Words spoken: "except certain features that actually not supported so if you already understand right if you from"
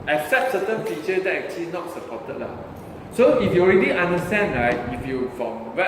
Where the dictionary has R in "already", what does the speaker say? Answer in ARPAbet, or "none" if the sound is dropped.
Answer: R